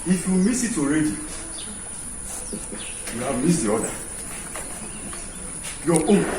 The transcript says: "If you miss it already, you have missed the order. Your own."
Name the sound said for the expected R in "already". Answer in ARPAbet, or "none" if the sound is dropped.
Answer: R